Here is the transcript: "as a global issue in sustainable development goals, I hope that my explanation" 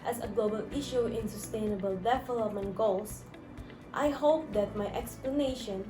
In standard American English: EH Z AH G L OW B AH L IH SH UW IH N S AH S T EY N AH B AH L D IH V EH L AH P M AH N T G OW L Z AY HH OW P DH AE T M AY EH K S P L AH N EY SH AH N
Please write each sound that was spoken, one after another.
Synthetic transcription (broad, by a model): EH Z AH G L OW B AH L IH SH UW IH N S AH S T EY N AH B AH L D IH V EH L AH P M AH N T G OW L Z AY HH OW P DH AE T M AY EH K S P L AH N EY SH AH N